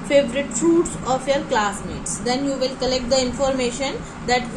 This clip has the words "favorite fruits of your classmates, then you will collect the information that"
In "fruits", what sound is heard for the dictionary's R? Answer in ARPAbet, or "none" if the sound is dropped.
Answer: none